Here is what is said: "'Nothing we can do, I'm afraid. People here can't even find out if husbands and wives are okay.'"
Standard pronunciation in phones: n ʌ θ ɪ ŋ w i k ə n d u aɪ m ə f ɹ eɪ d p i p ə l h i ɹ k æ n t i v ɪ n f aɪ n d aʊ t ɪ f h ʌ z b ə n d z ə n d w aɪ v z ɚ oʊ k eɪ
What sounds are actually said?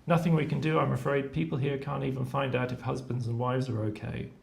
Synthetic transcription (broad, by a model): n ʌ θ ɪ ŋ w i k ə n d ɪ aɪ m ə f ɹ eɪ d p i p ə l h i ɹ k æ n t i v ɪ n f aɪ n d aʊ t ɪ f h ʌ z b ə n d z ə n w aɪ v z ɚ oʊ k eɪ